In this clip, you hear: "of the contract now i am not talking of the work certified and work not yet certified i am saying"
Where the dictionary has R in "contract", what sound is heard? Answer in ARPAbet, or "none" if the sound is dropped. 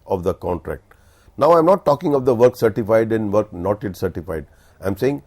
R